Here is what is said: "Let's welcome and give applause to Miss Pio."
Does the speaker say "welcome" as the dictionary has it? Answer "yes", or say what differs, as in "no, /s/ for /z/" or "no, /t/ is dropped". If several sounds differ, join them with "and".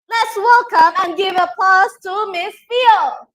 yes